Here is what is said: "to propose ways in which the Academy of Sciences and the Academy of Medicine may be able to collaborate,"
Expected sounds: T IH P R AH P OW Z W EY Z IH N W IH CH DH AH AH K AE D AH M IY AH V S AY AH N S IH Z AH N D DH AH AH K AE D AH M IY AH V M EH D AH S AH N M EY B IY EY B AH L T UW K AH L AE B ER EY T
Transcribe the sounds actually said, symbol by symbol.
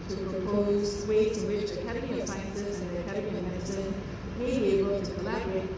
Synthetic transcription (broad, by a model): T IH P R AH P OW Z W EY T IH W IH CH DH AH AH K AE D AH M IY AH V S AY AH N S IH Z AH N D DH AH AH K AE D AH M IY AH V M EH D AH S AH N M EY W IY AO AH N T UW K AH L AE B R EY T